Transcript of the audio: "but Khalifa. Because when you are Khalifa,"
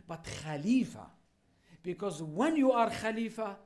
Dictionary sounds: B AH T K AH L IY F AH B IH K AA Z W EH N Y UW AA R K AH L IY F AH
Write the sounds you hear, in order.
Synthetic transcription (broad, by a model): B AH T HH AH L IY F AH B IH K AA Z W EH N Y UW AA R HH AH L IY F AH